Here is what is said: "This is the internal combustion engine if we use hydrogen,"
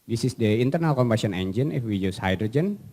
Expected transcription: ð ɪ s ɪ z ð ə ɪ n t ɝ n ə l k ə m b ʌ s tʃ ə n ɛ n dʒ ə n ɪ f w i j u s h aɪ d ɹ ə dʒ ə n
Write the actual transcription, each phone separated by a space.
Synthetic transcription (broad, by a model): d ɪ s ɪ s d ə ɪ n t ɝ n ə l k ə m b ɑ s ə n ɛ n dʒ ə n ɪ f w i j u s h aɪ d ɹ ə dʒ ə n